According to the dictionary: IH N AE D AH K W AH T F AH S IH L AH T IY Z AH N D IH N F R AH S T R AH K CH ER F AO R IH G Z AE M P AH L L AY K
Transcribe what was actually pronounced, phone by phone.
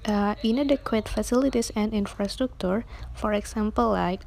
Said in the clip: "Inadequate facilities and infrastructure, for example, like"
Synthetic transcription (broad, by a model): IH N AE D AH K W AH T F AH S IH L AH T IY S AH N D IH N F R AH S T R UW K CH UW F AO R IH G S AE M P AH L L AY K